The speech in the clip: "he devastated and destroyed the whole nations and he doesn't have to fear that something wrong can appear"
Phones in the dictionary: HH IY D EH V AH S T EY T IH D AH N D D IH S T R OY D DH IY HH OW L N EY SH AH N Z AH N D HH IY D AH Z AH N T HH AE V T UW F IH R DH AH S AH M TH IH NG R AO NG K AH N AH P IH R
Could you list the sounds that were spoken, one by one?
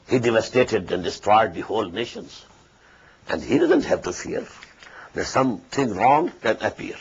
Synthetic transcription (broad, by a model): HH IY D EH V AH S T EY T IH D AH N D D IH S T R OY D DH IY HH OW L N EY SH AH N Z AH N D HH IY D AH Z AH N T HH AE V T UW F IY R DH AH S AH M T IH NG R AO NG K AH N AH P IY R